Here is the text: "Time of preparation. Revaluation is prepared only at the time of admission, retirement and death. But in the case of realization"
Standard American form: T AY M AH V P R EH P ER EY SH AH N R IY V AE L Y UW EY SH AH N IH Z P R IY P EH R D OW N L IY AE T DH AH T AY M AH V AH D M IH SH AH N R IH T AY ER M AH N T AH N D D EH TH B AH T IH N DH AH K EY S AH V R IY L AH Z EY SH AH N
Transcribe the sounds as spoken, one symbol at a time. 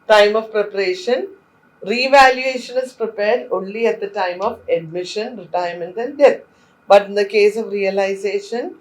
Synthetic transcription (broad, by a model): T AY M AH V P R EH P ER EY SH AH N R IY V AE L Y UW EY SH AH N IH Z P R IY P EH R D OW N L IY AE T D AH T AY M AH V AH D M IH SH AH N R IH T AY ER M AH N T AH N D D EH T B AH T IH N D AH K EY S AH V R IY L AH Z EY SH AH N